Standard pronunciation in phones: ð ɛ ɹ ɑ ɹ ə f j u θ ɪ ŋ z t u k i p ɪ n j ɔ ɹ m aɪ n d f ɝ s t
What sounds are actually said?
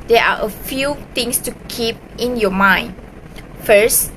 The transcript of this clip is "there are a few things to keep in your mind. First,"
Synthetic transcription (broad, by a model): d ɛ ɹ ɑ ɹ ə f j u t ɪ ŋ s t u k i p ɪ n j ɔ m aɪ n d f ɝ s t